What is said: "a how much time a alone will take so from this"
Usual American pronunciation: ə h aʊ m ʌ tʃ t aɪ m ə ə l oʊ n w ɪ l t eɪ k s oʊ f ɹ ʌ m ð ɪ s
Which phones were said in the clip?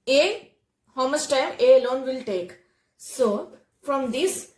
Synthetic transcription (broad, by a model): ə h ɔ m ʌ s t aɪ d ə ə l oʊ n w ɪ l t eɪ k s oʊ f ɹ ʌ m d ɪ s